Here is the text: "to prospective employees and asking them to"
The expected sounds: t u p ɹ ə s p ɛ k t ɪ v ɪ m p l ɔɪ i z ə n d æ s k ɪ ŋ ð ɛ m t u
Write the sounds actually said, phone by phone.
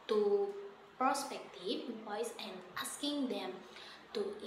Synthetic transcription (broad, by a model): t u p ɹ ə s p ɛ k t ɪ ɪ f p ɔɪ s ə n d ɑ s k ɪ ŋ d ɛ m t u